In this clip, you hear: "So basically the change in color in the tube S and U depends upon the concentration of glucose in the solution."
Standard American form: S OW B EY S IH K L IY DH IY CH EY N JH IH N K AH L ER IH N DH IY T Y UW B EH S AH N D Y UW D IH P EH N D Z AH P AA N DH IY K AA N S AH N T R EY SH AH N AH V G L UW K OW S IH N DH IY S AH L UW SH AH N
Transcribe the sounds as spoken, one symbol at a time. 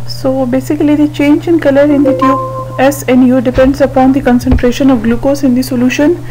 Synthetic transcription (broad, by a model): S OW B EY S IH K L IY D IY CH EY N JH IH N K AH L ER IH N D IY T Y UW EH S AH N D Y UW D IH P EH N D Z AH P AA N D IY K AA N S AH N T R EY SH AH N AH V G L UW K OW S IH N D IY S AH L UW SH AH N